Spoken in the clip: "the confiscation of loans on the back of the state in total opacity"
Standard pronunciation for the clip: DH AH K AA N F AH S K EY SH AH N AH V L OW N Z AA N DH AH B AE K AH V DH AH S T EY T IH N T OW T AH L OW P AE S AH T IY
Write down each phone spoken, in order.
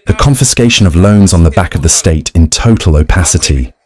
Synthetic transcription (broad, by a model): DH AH K AA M F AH S K EY SH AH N AH V L OW N Z N DH AH B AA K AH V DH AH S T EY T IH N T OW T AH L OW P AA S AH T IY